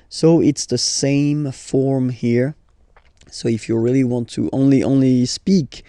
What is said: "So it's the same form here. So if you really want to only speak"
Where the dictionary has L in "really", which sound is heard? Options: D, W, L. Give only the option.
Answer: L